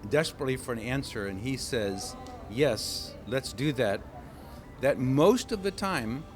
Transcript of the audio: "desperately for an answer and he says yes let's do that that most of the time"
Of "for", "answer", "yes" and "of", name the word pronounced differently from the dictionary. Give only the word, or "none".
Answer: none